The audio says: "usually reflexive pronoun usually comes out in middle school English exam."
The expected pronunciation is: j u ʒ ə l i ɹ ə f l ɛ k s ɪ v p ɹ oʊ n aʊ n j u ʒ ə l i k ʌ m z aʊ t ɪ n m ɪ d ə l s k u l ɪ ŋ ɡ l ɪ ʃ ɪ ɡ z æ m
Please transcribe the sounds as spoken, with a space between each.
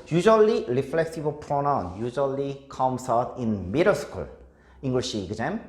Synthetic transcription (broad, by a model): j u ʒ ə l i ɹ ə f l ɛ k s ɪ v p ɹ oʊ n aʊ n j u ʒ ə l i k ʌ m s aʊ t ɪ n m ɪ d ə s k u l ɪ ŋ ɡ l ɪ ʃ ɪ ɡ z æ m